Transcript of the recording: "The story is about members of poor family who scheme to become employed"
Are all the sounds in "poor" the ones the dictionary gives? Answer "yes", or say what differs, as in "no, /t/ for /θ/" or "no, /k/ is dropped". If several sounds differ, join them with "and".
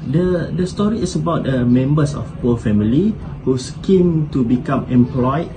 no, /l/ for /ɹ/